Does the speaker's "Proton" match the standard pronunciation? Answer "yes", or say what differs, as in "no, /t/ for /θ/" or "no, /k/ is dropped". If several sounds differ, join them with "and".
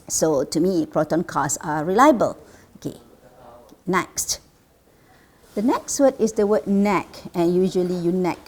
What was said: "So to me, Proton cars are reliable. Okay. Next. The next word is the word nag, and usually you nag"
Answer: yes